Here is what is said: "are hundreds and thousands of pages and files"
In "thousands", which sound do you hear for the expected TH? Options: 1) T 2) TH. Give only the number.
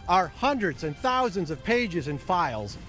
2